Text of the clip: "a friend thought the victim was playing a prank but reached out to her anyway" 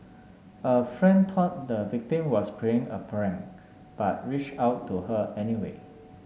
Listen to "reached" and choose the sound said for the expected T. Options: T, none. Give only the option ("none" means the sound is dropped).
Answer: none